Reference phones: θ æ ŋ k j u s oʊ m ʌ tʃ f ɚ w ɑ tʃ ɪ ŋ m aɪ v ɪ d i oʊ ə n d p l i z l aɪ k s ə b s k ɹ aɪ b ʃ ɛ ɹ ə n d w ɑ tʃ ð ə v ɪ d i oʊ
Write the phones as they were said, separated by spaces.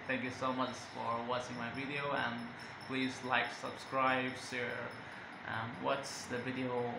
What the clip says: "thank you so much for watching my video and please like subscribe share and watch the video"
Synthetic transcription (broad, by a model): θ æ ŋ k j u s oʊ m ʌ tʃ f ɚ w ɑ s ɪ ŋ m aɪ v ɪ d i oʊ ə n p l i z l aɪ k s ə b s k ɹ aɪ b s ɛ ɹ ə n w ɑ s ð ə v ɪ d i oʊ